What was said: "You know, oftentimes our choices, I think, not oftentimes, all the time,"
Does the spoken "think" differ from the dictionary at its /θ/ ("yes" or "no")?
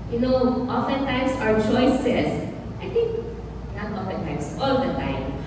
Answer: yes